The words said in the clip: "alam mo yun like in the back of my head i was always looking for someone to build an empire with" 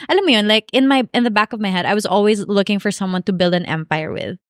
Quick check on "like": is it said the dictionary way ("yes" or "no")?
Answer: no